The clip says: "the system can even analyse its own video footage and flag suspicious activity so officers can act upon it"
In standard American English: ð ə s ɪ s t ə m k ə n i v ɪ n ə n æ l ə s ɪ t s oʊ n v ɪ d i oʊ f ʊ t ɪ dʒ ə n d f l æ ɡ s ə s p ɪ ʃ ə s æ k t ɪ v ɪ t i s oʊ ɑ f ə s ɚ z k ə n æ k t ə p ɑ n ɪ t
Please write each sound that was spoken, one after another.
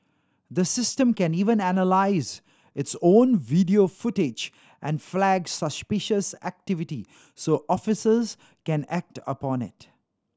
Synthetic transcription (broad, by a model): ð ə s ɪ s t ə m k ə n i v ɪ n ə n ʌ l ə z ɪ t s oʊ n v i d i oʊ f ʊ t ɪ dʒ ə n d f l æ ɡ s ə s p ɪ ʃ ə s æ k t ɪ v ɪ t i s oʊ ɑ f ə s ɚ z k ə n æ k t ə p ɑ n ɪ t